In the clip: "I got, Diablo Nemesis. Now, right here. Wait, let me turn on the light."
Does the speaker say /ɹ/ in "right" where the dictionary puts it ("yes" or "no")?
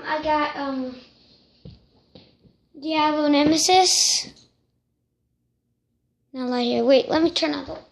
no